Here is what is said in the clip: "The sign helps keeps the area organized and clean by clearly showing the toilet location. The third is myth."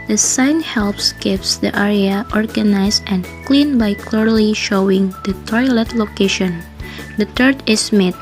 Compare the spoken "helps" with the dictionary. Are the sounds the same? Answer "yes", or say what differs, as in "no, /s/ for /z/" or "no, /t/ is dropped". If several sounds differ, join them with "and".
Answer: yes